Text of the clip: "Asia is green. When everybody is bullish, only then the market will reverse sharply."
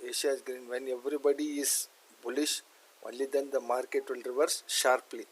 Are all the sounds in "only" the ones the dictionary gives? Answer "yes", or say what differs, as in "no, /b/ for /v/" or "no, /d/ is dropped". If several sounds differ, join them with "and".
no, /n/ is dropped